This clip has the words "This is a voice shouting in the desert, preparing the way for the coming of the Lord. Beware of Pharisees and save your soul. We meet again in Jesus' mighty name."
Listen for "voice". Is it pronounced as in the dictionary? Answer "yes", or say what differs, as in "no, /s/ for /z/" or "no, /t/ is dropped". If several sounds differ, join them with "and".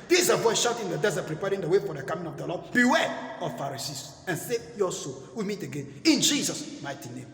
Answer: yes